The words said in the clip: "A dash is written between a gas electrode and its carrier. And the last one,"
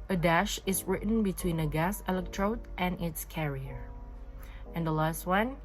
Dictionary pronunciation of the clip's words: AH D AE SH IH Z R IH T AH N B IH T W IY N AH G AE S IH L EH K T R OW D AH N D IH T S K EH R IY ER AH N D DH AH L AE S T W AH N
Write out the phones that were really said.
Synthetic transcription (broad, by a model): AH D AE SH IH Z R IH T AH N B IH T W IY N AH G AE S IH L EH K T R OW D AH N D IH T S K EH R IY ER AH N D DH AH L AE S T W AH N